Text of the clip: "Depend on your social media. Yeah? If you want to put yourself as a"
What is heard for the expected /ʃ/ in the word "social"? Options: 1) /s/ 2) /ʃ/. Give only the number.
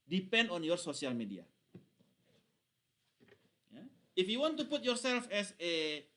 1